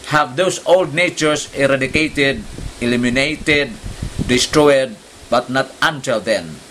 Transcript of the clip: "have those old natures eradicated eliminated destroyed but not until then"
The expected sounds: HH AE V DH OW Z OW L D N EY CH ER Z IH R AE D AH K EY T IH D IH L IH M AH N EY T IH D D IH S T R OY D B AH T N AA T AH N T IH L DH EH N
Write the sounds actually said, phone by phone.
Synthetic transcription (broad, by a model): HH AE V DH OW S OW L D N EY CH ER S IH R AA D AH K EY T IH D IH L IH M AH N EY T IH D D IH S T R OY D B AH T N AA T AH N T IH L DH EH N